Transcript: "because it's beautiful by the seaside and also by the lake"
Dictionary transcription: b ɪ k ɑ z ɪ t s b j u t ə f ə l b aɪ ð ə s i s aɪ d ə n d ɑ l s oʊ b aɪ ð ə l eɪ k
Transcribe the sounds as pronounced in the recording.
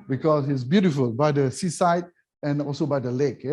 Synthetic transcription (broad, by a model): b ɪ k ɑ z ɪ t s b j u t ə f ə l b aɪ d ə s i s aɪ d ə n ɑ l s oʊ b aɪ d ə l eɪ k